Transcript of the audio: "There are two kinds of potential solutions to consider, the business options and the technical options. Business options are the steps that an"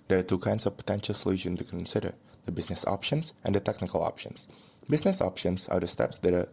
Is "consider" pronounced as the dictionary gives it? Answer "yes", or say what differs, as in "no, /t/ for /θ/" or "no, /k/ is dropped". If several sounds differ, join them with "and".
yes